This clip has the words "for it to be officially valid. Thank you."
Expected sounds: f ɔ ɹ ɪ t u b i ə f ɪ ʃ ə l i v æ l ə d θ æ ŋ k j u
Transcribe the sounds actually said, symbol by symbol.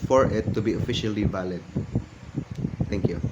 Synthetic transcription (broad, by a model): f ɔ ɹ ɪ t u b i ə f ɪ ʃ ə l i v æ l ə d t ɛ ŋ k j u